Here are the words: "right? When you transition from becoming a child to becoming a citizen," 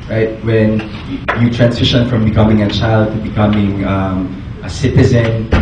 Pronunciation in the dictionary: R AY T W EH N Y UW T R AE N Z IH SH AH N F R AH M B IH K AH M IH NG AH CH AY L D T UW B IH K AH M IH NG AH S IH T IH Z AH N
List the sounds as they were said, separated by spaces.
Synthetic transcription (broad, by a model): R AY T W EH N Y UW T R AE N S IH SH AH N F R AH M B IH K AH M IH NG AH CH AY L D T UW B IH K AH M IH NG AH S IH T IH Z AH N